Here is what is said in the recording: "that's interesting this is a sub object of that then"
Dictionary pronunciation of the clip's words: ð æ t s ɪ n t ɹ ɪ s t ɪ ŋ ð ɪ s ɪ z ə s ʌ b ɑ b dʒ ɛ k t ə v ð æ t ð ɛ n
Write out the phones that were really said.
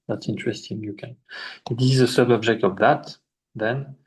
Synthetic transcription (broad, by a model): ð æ t s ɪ n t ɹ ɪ s t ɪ ŋ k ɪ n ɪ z ə s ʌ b ɑ b dʒ ɛ k t ə v ð æ t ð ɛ n